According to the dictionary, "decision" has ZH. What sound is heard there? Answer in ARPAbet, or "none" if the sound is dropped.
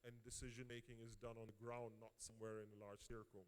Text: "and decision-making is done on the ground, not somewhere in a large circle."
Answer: ZH